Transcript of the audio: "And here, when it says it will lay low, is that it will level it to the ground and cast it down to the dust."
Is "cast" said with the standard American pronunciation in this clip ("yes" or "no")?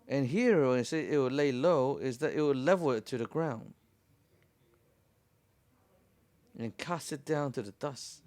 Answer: yes